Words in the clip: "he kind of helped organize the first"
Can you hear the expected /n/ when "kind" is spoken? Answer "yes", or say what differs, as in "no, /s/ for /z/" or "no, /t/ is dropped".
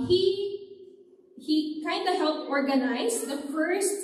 yes